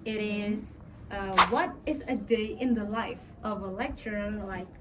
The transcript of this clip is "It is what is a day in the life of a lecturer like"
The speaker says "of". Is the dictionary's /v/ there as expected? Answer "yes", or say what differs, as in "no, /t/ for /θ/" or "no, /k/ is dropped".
yes